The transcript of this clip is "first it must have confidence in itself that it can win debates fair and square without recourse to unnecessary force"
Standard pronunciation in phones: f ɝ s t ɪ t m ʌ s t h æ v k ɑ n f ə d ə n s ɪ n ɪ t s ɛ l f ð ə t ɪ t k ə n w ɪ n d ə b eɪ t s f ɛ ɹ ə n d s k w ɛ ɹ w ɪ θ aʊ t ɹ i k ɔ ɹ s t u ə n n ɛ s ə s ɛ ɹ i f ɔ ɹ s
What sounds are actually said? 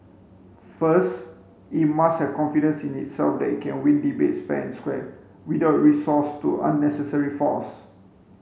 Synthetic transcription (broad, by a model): f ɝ s t ɪ t m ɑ s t h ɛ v k ɑ n f ə d ə n s ɪ n ɪ t s ɛ l f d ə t ɪ t k ə n w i n d ə b eɪ t s p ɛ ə n s k w ɛ w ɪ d aʊ t ɹ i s ɔ s t u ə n n ɛ s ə s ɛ ɹ i f ɔ s